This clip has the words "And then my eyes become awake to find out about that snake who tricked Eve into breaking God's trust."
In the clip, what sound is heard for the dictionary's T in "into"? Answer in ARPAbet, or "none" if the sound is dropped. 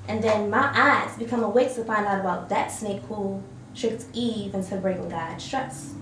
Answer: S